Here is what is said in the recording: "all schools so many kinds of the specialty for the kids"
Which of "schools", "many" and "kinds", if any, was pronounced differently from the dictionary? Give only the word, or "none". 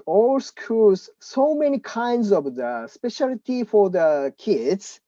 schools